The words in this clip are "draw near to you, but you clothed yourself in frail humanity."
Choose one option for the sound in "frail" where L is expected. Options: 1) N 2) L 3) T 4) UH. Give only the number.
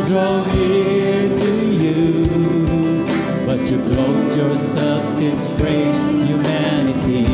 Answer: 1